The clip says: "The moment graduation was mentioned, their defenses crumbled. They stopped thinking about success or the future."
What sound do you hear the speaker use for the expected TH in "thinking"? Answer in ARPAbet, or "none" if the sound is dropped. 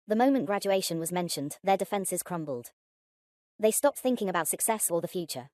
TH